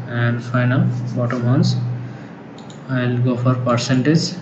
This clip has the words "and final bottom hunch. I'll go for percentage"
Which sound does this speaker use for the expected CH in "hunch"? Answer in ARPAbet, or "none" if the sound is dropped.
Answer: S